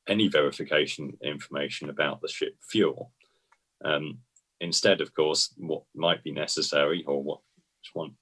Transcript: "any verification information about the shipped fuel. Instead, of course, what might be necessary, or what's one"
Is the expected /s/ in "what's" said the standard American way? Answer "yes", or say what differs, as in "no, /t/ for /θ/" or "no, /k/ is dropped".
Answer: no, /s/ is dropped